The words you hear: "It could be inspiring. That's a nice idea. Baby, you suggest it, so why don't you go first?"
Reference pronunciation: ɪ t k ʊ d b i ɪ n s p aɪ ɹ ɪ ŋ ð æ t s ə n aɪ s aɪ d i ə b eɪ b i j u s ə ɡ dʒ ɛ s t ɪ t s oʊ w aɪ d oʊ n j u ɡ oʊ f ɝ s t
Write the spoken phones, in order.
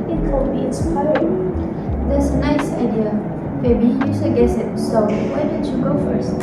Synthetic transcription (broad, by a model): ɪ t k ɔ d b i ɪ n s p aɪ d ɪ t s ə n aɪ s aɪ d i ə b eɪ b i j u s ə ɡ ɛ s ɪ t s oʊ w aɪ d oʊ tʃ j u ɡ oʊ f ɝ s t